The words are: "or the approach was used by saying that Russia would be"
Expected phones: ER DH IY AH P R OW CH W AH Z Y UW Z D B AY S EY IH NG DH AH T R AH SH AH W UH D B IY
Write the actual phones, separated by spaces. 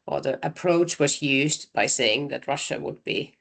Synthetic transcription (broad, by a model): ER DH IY AH P R OW CH W AH Z Y UW Z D B AY S EY IH NG DH AH T R AH SH AH W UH D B IY